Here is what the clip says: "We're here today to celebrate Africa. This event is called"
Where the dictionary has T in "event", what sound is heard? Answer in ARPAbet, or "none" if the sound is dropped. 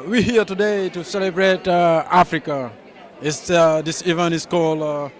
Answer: none